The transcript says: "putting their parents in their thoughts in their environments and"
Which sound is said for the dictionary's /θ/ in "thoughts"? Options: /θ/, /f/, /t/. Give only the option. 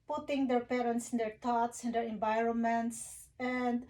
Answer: /t/